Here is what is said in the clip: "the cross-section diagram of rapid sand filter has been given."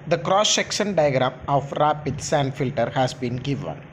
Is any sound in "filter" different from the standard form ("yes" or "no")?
no